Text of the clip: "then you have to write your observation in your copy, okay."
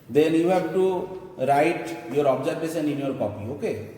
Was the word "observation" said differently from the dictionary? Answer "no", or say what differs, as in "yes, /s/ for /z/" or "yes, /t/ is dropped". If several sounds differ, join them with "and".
yes, /b/ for /v/ and /s/ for /ʃ/